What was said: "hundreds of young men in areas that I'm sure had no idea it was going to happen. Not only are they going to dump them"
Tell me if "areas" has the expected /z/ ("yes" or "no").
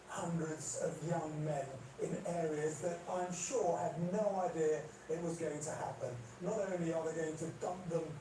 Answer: yes